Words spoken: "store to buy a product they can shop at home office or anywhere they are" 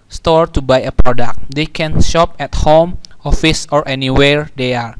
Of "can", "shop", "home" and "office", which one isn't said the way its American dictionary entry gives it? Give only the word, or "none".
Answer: none